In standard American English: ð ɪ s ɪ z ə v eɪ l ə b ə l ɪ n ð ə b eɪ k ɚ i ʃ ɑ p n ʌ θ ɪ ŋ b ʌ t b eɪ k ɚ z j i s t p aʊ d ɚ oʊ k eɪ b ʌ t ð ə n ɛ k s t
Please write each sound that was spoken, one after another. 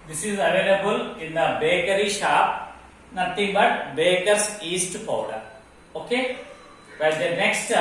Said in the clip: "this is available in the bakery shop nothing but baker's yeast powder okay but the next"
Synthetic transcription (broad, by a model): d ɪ s ɪ z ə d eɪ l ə b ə l ɪ n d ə b eɪ k ɚ i ʃ ɑ p n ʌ t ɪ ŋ b ʌ t b eɪ k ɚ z i s t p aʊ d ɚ oʊ k eɪ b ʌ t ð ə n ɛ k s t